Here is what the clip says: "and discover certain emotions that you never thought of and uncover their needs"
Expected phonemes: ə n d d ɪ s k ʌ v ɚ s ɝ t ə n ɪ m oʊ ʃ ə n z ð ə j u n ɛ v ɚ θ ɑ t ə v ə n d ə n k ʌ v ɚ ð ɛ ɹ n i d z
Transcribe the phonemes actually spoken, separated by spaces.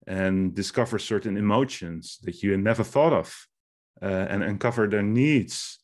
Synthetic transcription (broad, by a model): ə n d d ɪ s k ʌ v ɚ s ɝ t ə n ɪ m oʊ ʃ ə n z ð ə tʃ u n ɛ v ɚ θ ɑ t ə v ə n ə n k ʌ v ɚ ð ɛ ɹ n i d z